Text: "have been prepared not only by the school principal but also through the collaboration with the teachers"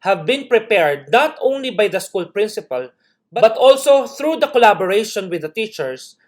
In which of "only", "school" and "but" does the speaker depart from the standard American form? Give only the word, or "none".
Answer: none